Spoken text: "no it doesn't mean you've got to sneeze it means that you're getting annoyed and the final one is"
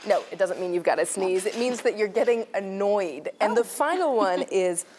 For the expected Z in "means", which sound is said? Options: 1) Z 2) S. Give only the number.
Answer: 1